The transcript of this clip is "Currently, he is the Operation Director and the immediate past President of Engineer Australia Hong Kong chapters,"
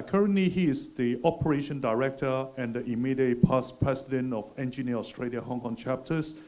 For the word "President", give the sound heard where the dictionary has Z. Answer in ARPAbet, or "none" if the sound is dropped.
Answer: S